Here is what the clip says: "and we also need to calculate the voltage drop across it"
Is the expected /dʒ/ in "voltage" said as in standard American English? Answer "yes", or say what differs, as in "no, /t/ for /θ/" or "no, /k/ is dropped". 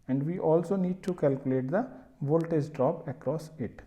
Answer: no, /z/ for /dʒ/